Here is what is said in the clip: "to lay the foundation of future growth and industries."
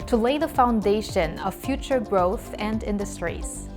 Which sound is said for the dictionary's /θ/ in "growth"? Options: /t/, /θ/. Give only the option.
/θ/